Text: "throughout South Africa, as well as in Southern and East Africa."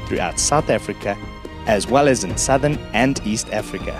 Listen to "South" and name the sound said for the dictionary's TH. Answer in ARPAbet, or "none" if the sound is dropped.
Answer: TH